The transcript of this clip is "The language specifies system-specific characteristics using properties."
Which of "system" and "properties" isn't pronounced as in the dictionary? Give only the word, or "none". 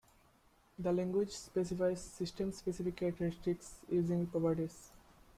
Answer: properties